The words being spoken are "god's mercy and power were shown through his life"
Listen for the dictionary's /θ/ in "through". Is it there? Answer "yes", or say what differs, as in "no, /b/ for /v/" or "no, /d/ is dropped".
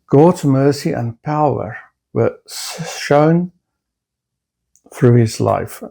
yes